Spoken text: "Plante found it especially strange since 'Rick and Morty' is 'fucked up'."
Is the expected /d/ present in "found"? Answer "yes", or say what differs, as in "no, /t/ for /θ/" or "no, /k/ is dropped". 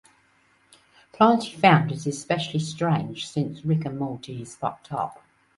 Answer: yes